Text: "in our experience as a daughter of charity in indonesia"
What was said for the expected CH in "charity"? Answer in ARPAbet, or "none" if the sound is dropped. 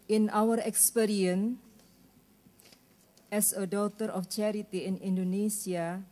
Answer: CH